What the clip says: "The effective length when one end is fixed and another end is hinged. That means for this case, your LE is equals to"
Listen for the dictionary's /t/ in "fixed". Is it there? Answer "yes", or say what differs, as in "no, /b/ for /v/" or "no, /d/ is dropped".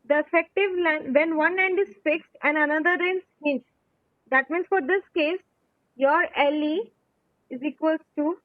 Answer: yes